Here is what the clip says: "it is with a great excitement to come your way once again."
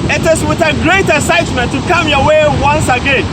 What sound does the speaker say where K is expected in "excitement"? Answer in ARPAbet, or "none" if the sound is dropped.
none